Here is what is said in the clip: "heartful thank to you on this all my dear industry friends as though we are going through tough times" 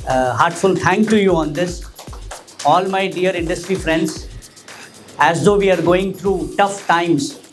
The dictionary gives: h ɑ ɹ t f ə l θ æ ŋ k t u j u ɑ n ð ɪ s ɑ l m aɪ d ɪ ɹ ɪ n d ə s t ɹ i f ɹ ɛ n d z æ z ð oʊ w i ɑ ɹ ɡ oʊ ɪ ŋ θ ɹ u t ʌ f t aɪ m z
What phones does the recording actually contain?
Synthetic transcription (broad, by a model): h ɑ ɹ t f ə l t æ ŋ k t u j u ɑ n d ɪ s ɑ l m aɪ d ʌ ɹ ɪ n d ə s t ɹ i f ɹ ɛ n d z æ z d oʊ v i ɑ ɹ ɡ oʊ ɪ ŋ t ɹ u t ʌ f t aɪ m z